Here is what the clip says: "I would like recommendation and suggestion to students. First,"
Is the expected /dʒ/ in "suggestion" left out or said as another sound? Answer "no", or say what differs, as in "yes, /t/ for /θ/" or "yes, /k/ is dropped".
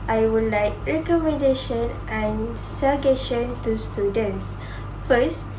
yes, /dʒ/ is dropped